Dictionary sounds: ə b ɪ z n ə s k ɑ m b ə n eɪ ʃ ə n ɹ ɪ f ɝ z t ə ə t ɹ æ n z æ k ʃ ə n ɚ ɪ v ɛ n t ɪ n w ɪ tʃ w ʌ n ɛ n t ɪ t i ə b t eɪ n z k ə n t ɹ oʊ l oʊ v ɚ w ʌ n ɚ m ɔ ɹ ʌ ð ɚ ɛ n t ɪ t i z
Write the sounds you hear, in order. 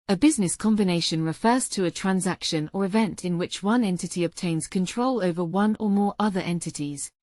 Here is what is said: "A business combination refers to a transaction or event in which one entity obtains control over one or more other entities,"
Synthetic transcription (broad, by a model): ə b ɪ z n ə s k ɑ m b ə n eɪ ʃ ə n ɹ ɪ f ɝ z t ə ə t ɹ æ n z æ k ʃ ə n ɚ ɪ v ɛ n t ɪ n w ɪ tʃ w ʌ n ɛ n t ɪ t i ə b t eɪ n z k ə n t ɹ oʊ l oʊ v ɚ w ʌ n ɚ m ɔ ɹ ʌ ð ɚ ɛ n t ɪ t i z